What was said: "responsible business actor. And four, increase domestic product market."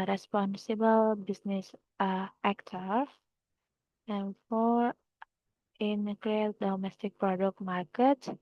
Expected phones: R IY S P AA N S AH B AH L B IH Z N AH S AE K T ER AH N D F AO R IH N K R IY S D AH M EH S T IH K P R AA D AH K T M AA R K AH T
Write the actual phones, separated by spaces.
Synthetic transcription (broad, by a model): R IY S P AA N S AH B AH L B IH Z N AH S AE K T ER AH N F AO R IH N K L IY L D AH M EH S T IH K P R AA D AH K T M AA R K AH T